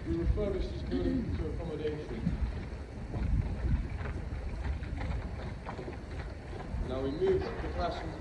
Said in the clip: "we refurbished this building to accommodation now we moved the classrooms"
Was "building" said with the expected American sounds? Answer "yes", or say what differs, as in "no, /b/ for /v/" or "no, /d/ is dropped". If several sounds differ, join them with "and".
no, /l/ is dropped